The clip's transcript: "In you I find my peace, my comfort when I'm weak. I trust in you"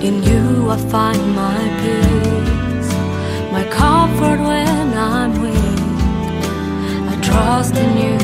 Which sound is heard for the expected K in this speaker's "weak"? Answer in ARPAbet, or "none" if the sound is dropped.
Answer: none